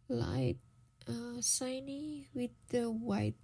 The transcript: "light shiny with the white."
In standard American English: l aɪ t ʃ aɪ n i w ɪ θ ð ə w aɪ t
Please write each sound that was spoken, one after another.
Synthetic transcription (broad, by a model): l aɪ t s aɪ n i w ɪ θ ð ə w aɪ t